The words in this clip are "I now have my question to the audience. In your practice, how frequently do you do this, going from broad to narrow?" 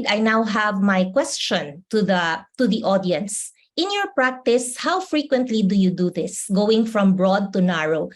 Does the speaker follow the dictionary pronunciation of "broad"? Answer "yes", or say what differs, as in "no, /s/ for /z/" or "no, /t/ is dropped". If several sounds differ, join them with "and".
yes